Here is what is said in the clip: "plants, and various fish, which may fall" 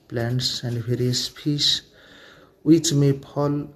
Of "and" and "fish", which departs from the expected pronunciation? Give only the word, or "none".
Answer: fish